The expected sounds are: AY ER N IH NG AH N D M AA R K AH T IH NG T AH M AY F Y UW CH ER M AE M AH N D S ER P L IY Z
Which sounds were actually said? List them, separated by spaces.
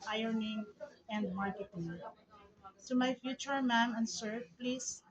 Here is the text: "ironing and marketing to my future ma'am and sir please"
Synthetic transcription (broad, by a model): AY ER N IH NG AH N D M AA R K AH T IH NG S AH M AY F Y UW CH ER M AE M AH N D S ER P L IY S